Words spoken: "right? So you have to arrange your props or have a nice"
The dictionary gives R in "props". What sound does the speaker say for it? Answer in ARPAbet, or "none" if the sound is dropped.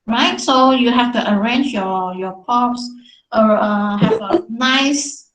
none